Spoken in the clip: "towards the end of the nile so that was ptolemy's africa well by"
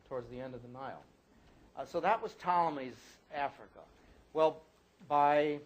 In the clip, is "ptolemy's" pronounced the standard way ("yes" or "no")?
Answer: yes